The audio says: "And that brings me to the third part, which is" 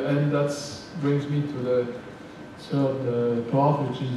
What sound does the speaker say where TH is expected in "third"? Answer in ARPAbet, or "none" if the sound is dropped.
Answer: S